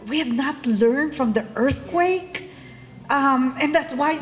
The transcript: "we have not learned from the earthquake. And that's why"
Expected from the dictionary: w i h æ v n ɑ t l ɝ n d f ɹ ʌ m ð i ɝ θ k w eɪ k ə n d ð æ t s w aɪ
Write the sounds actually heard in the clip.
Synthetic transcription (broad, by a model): w i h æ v n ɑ t l ɝ n d f ɹ ʌ m ð i ɝ θ k w eɪ k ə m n ð æ t s w aɪ